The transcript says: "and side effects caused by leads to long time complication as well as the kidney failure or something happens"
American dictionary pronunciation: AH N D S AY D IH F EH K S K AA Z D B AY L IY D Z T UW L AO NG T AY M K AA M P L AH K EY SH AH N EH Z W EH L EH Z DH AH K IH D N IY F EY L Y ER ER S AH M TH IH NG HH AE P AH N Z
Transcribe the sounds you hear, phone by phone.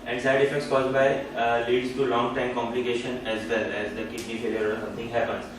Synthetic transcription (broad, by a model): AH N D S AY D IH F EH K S K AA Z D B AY L IY D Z T UW L AO NG T AY M K AA M P L AH K EY SH AH N EH Z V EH L EH Z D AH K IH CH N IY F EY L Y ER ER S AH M T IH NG HH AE P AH N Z